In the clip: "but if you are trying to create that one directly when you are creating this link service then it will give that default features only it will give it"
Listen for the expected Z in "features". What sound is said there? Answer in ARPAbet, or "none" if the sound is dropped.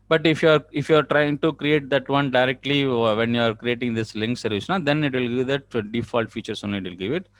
S